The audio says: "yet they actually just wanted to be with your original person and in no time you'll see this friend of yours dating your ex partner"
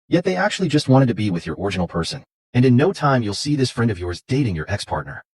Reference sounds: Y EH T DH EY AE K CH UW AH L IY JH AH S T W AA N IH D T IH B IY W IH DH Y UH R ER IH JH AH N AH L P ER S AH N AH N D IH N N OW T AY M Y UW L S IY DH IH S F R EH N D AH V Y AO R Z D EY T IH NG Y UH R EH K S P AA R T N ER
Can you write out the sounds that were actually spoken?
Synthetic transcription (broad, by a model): Y EH T DH EY AE K CH UW AH L IY JH AH S T W AA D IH D T IH B IY W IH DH Y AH R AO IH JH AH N L P ER S AH N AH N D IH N N OW T AY M Y UW L S IY DH IH S F R EH N D AH V Y AO R Z D EY T IH NG Y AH R EH K S P AA R T N ER